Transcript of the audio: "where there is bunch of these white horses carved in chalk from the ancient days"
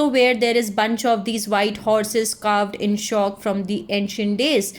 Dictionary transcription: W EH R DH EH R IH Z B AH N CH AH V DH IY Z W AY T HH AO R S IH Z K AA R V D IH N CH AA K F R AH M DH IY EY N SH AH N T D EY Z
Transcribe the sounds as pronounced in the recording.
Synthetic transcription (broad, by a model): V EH R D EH R IH Z B AH N CH AH V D IY Z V AY T HH AO R S IH Z K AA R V D IH N SH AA K F R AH M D IY EY N SH AH N T D EY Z